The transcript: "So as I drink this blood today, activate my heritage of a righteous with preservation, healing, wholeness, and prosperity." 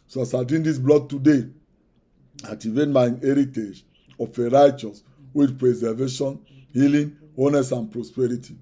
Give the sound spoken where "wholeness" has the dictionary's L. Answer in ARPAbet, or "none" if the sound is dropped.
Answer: none